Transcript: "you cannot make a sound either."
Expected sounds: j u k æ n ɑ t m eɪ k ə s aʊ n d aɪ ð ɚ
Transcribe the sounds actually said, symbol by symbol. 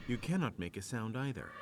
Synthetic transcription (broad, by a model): j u k æ n ɑ t m eɪ k ə s aʊ n d aɪ ð ɚ